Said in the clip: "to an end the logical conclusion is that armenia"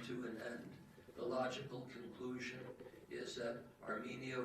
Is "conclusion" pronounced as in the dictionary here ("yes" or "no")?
yes